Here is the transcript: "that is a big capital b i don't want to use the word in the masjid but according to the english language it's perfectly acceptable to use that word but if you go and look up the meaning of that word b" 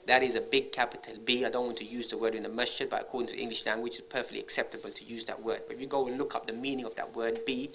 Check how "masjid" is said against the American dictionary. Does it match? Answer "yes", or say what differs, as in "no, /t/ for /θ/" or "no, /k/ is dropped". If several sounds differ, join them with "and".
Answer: no, /tʃ/ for /dʒ/